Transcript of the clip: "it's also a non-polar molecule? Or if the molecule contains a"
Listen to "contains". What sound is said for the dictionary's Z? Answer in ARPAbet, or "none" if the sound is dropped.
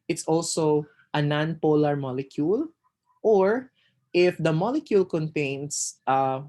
S